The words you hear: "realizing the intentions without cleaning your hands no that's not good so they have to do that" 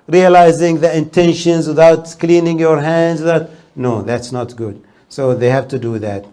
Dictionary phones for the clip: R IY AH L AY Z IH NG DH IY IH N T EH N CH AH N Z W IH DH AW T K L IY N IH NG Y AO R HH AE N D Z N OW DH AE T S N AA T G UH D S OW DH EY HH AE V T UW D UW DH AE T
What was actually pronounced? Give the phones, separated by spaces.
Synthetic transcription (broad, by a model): R IY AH L AY Z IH NG DH IY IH N T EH N SH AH N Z W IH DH AW T K L IY N IH NG Y AO R HH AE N D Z N OW DH AE T S N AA T G UH D S OW DH EY HH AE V T UW D UW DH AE T